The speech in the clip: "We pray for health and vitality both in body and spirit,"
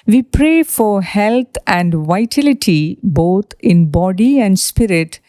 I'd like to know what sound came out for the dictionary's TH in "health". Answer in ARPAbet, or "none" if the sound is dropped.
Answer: T